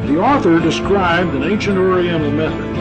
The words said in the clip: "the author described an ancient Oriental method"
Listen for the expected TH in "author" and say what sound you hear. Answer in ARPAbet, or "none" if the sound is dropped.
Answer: TH